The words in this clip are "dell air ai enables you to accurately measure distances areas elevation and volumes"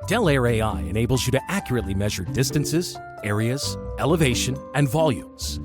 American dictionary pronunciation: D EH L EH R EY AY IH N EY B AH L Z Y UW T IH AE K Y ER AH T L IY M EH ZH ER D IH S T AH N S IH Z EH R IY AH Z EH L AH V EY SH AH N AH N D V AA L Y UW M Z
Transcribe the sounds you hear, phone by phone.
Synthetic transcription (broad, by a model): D EH L EH R EY AY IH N EY B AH L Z Y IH T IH AE K Y ER AH T L IY M EH ZH ER D IH S T AH N S IH Z EH R IY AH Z EH L AH V EY SH AH N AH N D V AA L Y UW M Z